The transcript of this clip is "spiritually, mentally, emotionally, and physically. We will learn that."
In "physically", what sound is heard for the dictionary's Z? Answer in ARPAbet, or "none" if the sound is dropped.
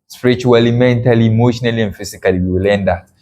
S